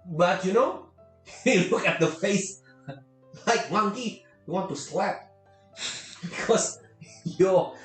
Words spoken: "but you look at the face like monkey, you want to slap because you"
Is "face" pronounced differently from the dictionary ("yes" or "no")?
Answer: no